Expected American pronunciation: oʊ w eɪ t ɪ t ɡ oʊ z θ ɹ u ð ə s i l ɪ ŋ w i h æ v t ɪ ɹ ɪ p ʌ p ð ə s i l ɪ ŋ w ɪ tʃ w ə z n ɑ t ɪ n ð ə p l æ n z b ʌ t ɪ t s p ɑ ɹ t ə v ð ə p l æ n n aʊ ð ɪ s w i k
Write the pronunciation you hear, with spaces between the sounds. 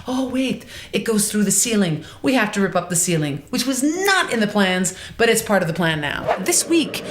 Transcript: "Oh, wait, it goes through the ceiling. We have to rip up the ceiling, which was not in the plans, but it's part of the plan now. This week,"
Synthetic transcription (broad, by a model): oʊ w eɪ t ɪ t ɡ oʊ z θ ɹ u ð ə s i l ɪ ŋ w i h æ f t ɪ ɹ ɪ p ʌ p ð ə s i l ɪ ŋ w ɪ tʃ w ə z n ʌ t ɪ n ð ə p l æ n z b ʌ t ɪ t s p ɑ ɹ t ə v ð ə p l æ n n aʊ ð ɪ s w i k